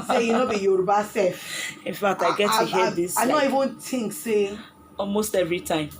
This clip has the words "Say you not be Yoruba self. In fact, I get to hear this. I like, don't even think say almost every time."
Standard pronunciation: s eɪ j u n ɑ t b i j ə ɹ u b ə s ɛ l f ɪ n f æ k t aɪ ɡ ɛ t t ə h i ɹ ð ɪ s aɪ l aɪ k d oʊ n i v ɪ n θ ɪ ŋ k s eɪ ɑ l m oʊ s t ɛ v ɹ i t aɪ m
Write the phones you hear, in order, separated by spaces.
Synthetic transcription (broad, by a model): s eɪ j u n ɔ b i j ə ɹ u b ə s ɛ f ɪ n f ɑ k t aɪ ɡ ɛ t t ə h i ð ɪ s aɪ n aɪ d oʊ i v ɪ n t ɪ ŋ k s eɪ ɑ l m oʊ s t ɛ v ɹ i t aɪ m